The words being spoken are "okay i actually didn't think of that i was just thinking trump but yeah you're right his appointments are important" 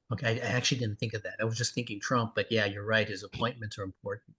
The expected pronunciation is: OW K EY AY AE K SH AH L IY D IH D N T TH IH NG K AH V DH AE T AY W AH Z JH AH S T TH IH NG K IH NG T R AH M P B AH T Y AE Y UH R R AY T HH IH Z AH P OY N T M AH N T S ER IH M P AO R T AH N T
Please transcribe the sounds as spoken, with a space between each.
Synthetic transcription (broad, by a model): OW K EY AY AE K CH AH L IY D IH D N T TH IH NG K AH V DH AE T AY W AH Z JH AH S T TH IH NG K IH NG T R AH M P B AH T Y AE Y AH R R AY T HH IH Z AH P OY N M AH N T S ER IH M P AO R T N T